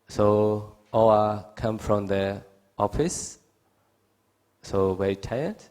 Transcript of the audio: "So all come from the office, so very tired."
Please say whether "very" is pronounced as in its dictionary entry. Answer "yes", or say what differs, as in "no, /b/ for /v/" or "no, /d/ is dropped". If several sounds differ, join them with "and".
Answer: no, /w/ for /v/ and /ɹ/ is dropped